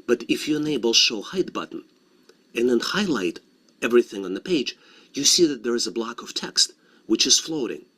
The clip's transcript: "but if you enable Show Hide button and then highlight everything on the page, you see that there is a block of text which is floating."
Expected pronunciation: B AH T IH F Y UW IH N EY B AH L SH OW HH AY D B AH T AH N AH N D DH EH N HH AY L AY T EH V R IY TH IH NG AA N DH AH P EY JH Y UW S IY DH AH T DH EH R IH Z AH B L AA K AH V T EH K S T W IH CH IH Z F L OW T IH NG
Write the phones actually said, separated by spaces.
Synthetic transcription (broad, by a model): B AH T IH F Y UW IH N EY B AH L SH OW HH AY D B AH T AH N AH N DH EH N HH AY L AY T EH V R IY TH IH NG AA N DH AH P EY JH Y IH S IY DH AH T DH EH R IH Z AH B L AA K AH V T EH K S T W IH CH IH Z F L OW T IH NG